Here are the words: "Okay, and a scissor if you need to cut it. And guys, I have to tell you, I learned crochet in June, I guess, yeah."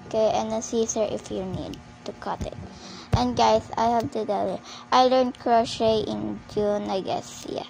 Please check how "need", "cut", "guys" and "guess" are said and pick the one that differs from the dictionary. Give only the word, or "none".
guys